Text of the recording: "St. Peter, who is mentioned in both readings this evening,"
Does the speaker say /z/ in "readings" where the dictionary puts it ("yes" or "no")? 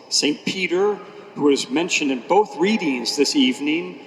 yes